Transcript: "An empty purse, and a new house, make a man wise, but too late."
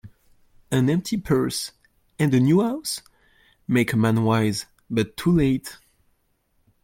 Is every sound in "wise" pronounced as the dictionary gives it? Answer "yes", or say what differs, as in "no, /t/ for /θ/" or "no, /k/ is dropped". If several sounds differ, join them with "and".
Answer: yes